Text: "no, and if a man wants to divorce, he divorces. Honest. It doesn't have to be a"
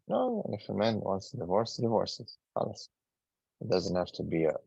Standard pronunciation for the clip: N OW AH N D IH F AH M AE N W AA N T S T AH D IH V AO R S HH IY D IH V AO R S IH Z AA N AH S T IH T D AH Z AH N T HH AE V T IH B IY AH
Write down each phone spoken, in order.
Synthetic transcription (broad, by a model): N OW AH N IH F AH M AE N W AA N T S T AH D IH V AO R S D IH V AO R S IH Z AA L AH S IH T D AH Z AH N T HH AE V T IH B IY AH